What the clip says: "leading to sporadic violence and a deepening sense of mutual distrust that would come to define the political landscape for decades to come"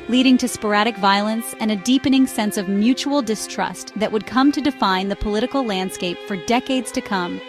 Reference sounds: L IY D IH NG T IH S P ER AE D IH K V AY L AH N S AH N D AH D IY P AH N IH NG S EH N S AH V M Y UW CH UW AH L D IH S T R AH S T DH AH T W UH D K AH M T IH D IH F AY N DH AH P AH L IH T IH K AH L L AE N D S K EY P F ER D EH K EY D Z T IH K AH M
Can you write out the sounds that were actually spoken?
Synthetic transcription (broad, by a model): L IY D IH NG T IH S P ER AE D IH K V AY L AH N S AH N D AH D IY P AH N IH NG S EH N S AH V M Y UW CH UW L D IH S T R AH S T DH AH T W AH D K AH M T IH D IH F AY N DH AH P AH L IH T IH K L L AE N D S K EY P F ER D EH K EY D Z T IH K AH M